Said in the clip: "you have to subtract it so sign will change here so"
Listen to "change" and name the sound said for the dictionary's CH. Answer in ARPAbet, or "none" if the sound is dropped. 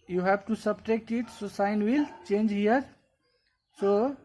CH